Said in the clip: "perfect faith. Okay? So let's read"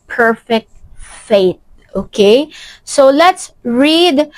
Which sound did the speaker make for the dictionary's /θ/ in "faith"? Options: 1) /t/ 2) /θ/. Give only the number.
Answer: 1